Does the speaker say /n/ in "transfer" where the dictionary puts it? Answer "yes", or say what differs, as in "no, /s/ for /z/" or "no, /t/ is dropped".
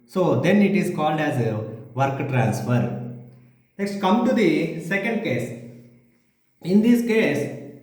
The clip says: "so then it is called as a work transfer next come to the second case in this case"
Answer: yes